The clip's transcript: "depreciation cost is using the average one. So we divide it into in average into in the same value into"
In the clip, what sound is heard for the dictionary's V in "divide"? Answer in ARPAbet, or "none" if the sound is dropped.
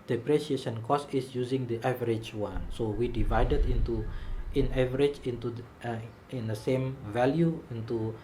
V